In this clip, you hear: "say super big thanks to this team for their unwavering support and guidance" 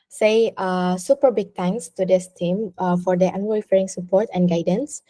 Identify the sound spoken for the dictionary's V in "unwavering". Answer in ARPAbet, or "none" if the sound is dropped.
F